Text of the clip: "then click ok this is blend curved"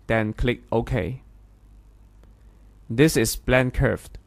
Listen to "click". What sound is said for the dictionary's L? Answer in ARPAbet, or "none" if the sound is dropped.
L